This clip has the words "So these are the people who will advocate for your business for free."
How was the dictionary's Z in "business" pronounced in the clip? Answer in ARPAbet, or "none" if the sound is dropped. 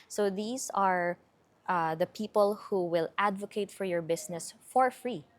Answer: S